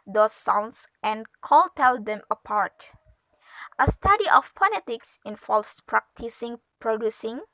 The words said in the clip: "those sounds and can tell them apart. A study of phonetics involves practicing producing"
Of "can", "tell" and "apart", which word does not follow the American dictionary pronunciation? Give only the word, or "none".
can